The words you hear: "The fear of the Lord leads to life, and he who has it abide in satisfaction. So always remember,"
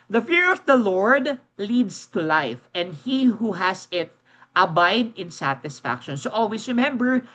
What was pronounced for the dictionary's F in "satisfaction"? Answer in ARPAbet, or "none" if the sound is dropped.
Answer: F